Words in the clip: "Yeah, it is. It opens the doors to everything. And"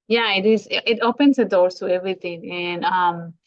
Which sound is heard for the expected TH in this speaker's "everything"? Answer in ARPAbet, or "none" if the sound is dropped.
T